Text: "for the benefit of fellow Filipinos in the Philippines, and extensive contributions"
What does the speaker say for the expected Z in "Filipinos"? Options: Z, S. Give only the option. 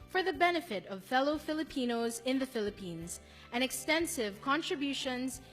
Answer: Z